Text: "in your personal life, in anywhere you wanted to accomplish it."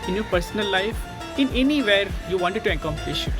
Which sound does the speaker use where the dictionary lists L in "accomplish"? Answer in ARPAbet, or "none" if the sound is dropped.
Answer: none